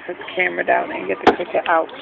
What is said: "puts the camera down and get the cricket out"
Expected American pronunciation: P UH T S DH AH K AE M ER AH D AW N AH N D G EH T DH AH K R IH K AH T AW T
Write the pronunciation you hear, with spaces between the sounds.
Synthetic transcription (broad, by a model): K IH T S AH K AE M ER AH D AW AH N G EH T DH AH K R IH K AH T AW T